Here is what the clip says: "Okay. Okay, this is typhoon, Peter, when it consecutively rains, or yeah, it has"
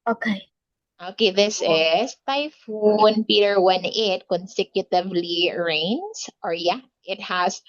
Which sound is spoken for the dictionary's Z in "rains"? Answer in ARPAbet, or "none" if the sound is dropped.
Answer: S